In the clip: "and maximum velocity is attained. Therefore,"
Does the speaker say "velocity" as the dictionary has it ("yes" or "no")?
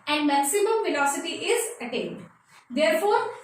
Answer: no